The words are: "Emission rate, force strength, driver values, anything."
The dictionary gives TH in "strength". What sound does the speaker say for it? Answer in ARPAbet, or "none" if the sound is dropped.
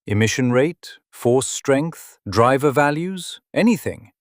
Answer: TH